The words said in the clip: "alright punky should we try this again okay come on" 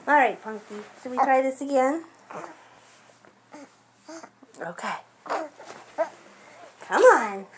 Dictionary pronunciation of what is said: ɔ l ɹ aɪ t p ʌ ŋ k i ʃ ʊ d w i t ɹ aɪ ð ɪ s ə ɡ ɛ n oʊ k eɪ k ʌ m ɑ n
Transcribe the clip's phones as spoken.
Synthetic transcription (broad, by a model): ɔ l ɹ aɪ t p ʌ ŋ k i s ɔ w i t ɹ aɪ ð ɪ s ə ɡ ɛ n oʊ k eɪ k ʌ m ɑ n